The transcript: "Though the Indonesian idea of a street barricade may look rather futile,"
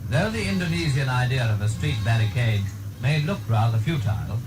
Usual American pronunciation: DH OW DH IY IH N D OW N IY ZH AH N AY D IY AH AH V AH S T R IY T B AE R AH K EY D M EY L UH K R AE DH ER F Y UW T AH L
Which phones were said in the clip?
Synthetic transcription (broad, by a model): DH OW DH IY IH N D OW N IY Z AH N AY D IY AH AH V AH S T R IY T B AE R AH K EY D M EY L UH K R AE DH ER F Y UW T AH L